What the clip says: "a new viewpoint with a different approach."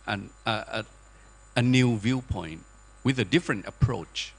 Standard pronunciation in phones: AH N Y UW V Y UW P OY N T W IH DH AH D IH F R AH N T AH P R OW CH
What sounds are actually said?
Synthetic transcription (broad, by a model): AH N Y UW V Y UW P OY N T W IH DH AH D IH F R AH N T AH P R OW CH